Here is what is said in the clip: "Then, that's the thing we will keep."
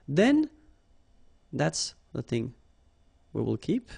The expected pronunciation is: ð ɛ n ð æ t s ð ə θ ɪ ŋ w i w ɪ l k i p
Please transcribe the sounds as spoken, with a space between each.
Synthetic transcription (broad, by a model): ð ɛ n ð æ t s ð ə θ ɪ ŋ w i w ɪ l k i p